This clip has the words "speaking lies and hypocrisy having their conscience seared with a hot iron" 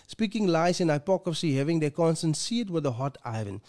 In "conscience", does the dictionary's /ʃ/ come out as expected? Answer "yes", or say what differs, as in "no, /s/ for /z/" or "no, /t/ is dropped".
no, /s/ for /ʃ/